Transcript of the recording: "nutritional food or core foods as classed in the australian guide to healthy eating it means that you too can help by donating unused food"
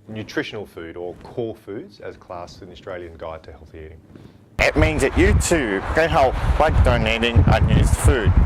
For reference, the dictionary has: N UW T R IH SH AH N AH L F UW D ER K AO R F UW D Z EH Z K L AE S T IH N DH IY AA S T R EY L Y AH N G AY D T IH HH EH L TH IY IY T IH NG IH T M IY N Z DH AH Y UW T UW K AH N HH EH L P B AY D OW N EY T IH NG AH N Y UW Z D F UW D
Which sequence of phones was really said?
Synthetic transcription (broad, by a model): N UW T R IH SH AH N L F UW D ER K AO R F UW D Z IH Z K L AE S IH N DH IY AA S T R EY L Y AH N G AY D T IH HH EH L TH IY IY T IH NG IH T M IY N Z DH AH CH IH T UW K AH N HH EH L P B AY D OW N EY T IH NG AH N Y UW Z D F UW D